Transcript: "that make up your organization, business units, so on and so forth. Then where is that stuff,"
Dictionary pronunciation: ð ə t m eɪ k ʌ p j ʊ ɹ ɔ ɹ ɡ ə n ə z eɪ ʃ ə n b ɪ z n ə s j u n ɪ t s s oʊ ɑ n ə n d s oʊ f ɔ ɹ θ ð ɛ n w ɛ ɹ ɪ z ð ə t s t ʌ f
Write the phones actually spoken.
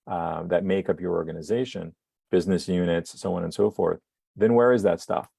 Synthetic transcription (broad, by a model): ð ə t m eɪ k ʌ p j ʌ ɹ ɔ ɹ ɡ ə n ə z eɪ ʃ ə n b ɪ z n ə s j u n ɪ t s s oʊ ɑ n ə n s oʊ f ɔ ɹ θ ð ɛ n w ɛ ɹ ɪ z ð ə t s t ʌ f